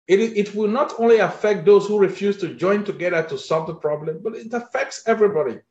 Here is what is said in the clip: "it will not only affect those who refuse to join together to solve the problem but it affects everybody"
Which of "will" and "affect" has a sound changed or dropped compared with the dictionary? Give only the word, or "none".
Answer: none